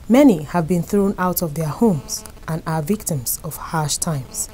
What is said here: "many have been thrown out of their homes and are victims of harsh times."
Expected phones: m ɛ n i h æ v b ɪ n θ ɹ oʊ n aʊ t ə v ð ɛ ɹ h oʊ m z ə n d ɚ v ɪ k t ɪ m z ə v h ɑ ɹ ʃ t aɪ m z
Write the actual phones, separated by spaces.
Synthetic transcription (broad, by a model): m ɛ n i h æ v b ɪ n θ ɹ oʊ n aʊ t ə v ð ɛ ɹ h oʊ m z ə n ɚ v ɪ k t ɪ m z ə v h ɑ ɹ ʃ t aɪ m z